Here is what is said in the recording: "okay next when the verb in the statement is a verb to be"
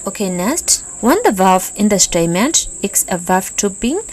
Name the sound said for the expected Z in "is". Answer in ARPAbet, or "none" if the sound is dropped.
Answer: S